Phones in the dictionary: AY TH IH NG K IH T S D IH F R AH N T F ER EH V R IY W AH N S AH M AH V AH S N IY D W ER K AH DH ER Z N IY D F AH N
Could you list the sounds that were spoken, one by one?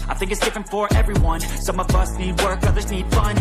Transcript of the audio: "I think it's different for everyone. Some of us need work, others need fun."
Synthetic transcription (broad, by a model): AY TH IH NG K IH T S D IH F R AH N T F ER EH V R IY W AH N S AH M AH V AH S N IY D W ER K AH DH ER Z N IY D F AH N